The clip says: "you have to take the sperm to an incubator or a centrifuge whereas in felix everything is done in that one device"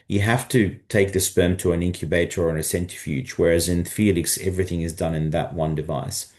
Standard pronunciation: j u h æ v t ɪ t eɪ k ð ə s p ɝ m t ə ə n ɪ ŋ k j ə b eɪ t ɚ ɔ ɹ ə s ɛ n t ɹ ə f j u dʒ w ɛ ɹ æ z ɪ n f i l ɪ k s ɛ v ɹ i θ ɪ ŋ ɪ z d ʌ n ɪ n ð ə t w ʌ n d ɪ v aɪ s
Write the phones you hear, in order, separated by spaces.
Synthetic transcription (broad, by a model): j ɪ h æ f t ɪ t eɪ k ð ə s p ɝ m t ə ə n ɪ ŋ k j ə b eɪ t ɚ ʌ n ə s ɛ n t ə f j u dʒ w ɛ ɹ æ z ɪ n f i l ɪ k s ɛ v ɹ i θ ɪ ŋ ɪ z d ʌ n ɪ n ð ə t w ʌ n d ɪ v aɪ s